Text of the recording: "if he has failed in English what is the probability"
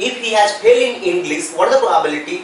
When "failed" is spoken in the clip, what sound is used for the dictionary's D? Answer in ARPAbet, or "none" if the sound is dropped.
none